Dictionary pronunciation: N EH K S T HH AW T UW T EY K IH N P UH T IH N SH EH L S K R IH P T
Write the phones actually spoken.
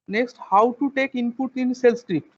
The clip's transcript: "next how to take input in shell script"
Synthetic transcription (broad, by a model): N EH K S T HH AW T UW T EY K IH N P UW T IH N S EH L S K R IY P T